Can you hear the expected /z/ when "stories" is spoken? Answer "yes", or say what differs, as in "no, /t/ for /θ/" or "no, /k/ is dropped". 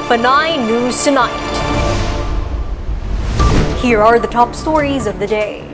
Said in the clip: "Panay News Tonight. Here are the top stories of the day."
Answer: yes